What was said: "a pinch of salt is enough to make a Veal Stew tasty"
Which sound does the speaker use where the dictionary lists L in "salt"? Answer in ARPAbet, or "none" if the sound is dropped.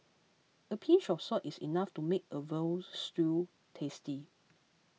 none